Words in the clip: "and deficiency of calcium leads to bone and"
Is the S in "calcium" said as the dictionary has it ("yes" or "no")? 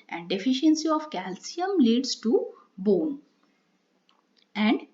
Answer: yes